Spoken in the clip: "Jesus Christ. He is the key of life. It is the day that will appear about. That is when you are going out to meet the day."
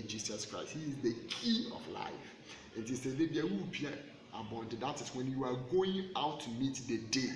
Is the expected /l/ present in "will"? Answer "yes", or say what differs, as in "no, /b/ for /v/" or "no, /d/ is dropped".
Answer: no, /w/ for /l/